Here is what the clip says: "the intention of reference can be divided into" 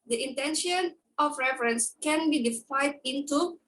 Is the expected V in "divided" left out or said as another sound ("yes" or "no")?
yes